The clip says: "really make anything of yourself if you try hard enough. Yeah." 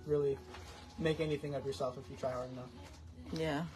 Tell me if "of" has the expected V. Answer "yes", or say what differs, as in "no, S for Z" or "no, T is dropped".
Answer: yes